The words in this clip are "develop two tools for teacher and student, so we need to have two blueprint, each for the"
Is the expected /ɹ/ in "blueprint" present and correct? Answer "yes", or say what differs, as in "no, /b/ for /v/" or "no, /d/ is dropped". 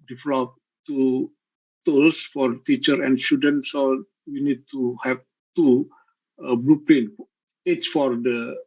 no, /l/ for /ɹ/